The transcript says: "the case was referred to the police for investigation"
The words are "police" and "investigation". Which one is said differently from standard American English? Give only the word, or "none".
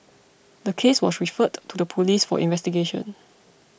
none